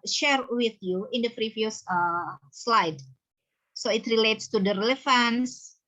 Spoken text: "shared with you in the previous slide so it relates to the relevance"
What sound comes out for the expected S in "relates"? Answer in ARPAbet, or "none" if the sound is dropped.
S